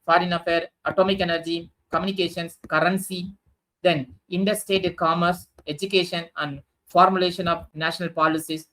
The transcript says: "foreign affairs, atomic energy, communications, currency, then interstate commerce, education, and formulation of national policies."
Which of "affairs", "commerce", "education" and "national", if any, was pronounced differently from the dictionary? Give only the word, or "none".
affairs